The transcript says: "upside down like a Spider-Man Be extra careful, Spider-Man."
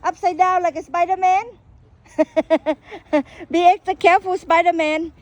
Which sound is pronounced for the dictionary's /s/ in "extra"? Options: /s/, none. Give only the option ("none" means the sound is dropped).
none